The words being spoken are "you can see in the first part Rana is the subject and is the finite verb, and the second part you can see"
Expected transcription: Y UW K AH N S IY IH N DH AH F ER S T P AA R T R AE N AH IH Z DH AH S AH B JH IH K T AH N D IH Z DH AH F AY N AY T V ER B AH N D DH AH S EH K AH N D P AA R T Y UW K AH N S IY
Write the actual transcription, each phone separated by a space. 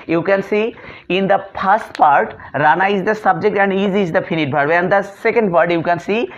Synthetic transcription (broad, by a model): Y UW K AH N S IY IH N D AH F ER S T P AA R T R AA N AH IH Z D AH S AH B JH IH K T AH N D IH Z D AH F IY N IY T B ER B AH N D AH S EH K AH N D P AA R T Y UW K AH N S IY